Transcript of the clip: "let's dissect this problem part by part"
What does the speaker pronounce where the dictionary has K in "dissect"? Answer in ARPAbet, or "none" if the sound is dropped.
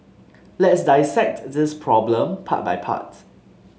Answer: K